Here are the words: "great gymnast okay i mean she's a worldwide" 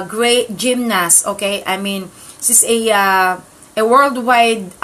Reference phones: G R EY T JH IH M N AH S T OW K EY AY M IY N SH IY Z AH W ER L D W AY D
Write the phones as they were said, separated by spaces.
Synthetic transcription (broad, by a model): G R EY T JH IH M N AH S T OW K EY AY M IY N S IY S AH W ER L D W AY D